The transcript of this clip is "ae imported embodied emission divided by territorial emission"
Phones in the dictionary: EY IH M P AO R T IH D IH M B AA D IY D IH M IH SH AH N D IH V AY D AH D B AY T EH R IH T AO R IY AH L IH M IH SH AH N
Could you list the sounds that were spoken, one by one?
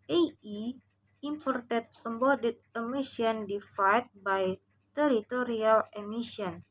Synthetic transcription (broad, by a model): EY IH M P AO R T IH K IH M B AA D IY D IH M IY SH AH N D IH F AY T B AY T EH R IH T AO R IY AH L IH M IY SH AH N